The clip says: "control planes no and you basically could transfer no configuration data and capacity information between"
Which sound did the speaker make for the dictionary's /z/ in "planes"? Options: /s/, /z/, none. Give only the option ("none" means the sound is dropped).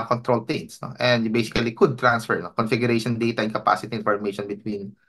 /s/